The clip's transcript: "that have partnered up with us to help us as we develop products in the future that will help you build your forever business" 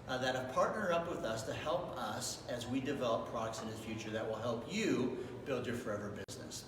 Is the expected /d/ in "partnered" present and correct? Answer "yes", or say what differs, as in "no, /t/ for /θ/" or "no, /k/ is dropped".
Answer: no, /d/ is dropped